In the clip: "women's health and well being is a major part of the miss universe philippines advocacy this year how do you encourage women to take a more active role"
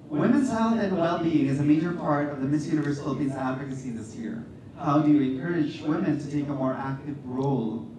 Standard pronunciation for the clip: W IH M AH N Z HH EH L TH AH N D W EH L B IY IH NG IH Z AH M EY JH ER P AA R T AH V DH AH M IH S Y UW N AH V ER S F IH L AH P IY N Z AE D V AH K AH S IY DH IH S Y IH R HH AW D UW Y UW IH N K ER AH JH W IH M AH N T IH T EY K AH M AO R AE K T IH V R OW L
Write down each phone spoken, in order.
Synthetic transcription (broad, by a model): W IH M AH N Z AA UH TH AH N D W EH L B IY IH NG IH Z AH M EY JH ER P AA R T AH V DH AH M IH S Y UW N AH V ER S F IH L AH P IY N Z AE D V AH K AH S IY DH IH S Y IH R HH AW D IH Y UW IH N K ER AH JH W IH M AH N T IH T EY K AH M AO R AE K T IH V R OW L